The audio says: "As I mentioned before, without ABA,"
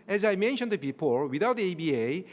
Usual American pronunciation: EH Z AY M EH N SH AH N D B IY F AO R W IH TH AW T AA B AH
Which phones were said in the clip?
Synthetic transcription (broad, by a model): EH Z AY M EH N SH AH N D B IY P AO L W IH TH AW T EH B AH